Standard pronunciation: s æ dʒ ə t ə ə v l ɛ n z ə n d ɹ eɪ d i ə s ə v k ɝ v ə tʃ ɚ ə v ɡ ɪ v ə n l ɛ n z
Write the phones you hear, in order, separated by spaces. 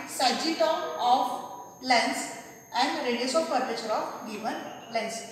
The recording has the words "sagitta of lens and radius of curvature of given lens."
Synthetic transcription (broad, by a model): s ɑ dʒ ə t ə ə f l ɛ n s ə n d ɹ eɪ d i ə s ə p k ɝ p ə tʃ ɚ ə f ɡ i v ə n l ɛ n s